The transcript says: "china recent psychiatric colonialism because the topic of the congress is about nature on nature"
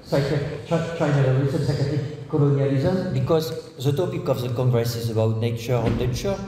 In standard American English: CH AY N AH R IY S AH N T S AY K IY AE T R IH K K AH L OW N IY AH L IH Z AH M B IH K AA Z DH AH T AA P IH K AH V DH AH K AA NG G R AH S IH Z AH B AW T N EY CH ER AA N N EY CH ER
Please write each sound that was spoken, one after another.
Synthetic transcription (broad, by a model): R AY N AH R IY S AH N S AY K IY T IH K K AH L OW N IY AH L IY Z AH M B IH K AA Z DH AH T AA P IH K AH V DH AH K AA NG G R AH S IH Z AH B AW T N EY CH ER AA N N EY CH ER